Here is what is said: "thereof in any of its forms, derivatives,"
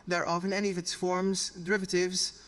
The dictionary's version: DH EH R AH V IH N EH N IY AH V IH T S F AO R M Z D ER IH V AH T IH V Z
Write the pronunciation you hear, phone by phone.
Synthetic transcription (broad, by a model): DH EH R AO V IH N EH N IY AH V IH T S F AO R M Z D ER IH V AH T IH V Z